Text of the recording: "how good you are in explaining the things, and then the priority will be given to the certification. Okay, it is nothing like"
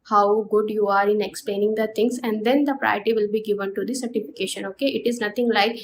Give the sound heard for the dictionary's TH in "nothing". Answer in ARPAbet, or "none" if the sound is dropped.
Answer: T